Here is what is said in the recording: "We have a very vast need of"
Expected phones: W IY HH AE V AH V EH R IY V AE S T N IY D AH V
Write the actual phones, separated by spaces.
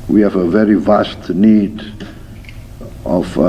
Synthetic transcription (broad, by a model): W IY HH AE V AH V EH R IY V AE S T N IY D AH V